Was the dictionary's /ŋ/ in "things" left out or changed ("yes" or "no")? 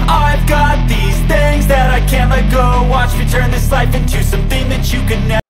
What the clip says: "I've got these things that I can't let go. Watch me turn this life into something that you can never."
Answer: no